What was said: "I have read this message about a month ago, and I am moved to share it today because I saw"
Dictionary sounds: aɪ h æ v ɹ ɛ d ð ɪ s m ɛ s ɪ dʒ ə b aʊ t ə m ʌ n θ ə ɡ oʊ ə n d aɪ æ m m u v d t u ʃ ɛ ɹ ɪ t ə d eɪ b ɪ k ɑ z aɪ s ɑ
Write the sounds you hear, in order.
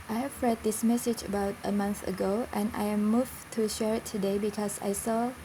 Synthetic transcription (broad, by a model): aɪ h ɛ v ɹ ɛ d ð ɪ s m ɛ s ɪ dʒ ə b aʊ t ə m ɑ n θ ə ɡ oʊ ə n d aɪ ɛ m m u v t u ʃ ɛ ɹ ɪ t ə d eɪ b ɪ k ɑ s aɪ s ɑ